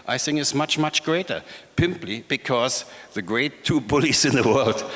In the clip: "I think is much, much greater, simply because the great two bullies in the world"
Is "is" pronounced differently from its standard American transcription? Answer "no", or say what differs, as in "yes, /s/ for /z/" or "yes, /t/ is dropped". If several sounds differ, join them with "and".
yes, /s/ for /z/